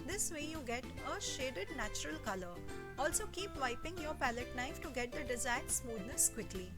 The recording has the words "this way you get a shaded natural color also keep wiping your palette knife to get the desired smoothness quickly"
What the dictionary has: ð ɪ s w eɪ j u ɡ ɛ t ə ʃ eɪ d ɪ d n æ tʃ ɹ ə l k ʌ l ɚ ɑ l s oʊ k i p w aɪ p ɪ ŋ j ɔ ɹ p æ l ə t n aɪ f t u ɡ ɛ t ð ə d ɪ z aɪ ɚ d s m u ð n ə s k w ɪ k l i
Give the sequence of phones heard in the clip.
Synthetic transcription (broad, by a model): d ɪ s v eɪ j u ɡ ɛ t ə ʃ eɪ d ɪ d n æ tʃ ɹ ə l k ʌ l ɚ ɑ l s oʊ k i p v aɪ p ɪ ŋ j ɔ ɹ p æ l ə t n aɪ f t u ɡ ɛ t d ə d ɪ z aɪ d s m u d n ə s k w ɪ k l i